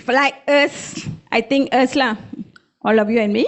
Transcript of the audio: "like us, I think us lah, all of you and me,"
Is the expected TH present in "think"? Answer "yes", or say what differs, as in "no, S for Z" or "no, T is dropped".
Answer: no, T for TH